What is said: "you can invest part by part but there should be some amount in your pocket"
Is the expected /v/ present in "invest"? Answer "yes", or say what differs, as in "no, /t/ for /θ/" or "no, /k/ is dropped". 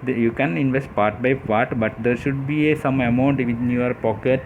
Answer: yes